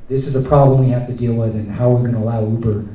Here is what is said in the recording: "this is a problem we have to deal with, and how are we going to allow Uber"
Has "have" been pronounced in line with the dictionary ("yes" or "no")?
no